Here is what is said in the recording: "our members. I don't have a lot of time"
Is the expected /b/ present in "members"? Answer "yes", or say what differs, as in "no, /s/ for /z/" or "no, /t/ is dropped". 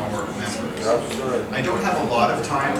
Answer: no, /b/ is dropped